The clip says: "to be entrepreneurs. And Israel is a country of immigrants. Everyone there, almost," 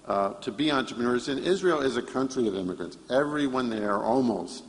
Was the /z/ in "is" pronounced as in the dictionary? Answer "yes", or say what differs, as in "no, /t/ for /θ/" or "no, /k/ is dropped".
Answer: yes